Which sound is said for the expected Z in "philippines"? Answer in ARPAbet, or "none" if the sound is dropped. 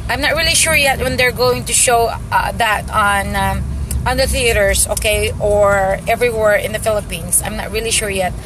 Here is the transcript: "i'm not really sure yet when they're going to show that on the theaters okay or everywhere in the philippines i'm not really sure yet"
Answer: S